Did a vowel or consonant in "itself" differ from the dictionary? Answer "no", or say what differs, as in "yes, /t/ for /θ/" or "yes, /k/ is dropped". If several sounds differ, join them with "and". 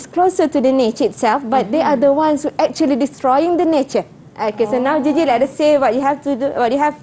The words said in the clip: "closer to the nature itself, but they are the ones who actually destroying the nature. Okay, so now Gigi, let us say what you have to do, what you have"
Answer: no